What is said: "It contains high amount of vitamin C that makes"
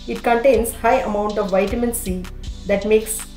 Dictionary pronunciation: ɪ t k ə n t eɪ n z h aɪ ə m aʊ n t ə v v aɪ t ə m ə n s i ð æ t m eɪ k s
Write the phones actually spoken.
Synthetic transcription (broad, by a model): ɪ t k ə n t eɪ n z h aɪ ə m aʊ n t ə v v aɪ t ə m ə n s i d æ t m eɪ k s